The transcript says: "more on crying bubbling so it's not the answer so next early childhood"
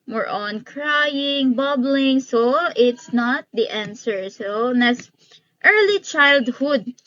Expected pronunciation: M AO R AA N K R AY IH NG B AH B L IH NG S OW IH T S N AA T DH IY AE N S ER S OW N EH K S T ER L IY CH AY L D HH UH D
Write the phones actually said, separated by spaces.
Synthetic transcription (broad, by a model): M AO R AA N K R AY IH NG B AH B L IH NG S OW IH T S N AA T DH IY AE N S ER S OW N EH S T ER L IY CH AY L D HH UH D